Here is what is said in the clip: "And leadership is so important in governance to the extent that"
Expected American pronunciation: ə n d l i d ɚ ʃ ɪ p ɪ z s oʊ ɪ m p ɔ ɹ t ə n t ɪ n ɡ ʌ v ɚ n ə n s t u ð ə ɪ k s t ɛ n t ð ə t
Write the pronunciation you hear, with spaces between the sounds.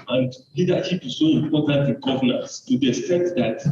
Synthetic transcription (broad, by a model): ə n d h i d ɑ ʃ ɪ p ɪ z s oʊ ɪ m p ɔ t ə n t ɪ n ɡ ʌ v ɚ n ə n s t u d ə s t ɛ t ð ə t